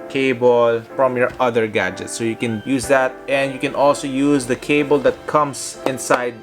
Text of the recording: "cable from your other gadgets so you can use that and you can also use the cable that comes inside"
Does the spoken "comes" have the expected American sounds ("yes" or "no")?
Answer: no